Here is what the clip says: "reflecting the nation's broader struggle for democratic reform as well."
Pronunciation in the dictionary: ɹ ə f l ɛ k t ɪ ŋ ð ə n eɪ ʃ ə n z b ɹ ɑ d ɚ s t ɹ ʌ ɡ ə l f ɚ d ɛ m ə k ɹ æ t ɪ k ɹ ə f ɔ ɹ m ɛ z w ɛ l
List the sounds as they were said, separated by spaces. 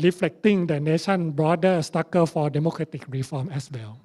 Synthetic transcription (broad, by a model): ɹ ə f l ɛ k t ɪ ŋ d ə n eɪ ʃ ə n b ɹ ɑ d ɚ s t ɑ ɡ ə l f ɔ d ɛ m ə k ɹ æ t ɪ k ɹ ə f ɔ m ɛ s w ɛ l